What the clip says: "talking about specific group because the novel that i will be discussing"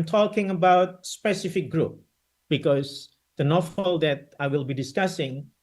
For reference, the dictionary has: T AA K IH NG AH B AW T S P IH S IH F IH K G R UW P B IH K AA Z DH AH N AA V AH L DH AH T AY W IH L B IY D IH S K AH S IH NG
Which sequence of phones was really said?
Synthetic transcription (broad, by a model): T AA K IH NG AH B AW T S P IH S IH F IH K G R UW P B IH K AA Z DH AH N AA F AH L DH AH T AY W IH L B IY D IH S K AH S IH NG